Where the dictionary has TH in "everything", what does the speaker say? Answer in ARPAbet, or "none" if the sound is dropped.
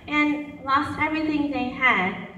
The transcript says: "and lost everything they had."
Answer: TH